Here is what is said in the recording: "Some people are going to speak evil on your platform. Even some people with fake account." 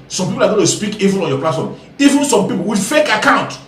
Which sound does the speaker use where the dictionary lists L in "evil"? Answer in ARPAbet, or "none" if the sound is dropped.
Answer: N